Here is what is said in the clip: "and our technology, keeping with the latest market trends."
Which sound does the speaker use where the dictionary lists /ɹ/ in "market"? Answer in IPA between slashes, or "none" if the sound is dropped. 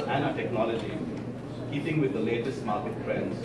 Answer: /l/